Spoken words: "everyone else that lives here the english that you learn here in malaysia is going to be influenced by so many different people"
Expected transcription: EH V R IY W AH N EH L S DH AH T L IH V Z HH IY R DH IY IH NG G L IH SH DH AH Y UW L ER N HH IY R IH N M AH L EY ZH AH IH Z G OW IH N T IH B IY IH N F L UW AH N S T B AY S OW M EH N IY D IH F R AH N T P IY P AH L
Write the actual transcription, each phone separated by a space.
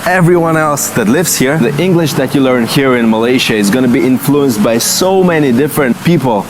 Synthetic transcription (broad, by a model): EH V R IY W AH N EH L S DH AH T L IH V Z HH IY R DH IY IH NG G L IH SH DH AH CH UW L ER N HH IY R IH N M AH L EY SH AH IH Z G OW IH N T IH B IY IH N F L UW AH N S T B AY S OW M EH N IY D IH F R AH N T P IY P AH L